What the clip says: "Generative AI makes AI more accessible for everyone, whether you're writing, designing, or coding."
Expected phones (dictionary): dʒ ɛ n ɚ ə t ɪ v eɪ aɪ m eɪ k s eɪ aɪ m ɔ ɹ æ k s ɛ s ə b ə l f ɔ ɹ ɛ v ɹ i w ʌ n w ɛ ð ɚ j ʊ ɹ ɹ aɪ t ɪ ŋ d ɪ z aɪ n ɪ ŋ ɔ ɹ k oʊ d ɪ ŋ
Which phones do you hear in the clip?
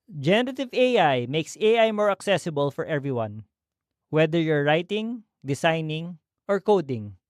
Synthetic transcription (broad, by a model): dʒ ɛ n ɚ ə t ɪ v eɪ aɪ m eɪ k s eɪ aɪ m ɔ ɹ æ k s ɛ s ə b ə l f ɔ ɹ ɛ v ɹ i w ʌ n w ɛ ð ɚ j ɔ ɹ ɹ aɪ t ɪ ŋ d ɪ s aɪ n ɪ ŋ ɔ ɹ k oʊ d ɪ ŋ